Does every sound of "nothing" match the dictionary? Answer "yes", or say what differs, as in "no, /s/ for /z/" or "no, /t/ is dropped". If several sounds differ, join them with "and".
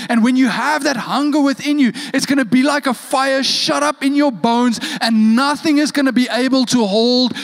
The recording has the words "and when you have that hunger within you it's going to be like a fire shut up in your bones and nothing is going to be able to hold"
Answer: yes